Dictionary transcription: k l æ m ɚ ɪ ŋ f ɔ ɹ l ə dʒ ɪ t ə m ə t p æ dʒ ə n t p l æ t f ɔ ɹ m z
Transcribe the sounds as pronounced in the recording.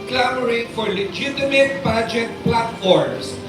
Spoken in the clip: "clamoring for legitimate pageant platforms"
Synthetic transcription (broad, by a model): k l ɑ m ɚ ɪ f ɔ ɹ l ə dʒ ɪ t ə m ə t b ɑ dʒ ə t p l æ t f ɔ ɹ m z